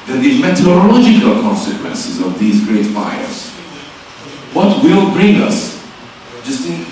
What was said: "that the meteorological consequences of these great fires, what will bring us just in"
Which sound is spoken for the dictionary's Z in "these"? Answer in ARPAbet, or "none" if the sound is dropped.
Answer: Z